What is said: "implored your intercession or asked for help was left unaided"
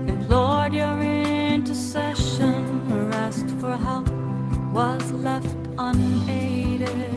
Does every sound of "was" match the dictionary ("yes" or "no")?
yes